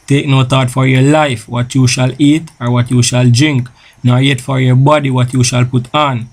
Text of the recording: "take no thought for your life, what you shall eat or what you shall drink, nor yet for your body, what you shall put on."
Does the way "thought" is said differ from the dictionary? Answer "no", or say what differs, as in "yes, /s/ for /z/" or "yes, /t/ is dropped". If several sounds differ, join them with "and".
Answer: yes, /t/ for /θ/